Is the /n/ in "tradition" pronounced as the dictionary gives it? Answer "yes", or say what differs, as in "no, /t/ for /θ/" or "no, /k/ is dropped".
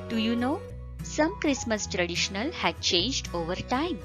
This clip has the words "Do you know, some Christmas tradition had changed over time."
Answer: no, /l/ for /n/